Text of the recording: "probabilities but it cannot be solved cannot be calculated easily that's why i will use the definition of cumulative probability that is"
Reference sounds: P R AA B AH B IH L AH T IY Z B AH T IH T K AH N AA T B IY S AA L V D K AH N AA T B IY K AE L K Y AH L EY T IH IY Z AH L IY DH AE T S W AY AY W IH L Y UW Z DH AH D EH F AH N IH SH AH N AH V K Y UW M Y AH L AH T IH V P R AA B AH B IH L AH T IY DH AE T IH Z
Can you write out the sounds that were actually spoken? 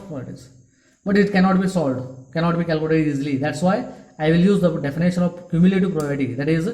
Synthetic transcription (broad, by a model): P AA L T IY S B AH T IH T K AH N AA T B IY S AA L D K AH N AA T B IY K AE L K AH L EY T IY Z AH L IY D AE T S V AY AY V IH L Y UW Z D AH D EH F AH N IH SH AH N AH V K Y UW M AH L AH T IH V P R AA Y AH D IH T IY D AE T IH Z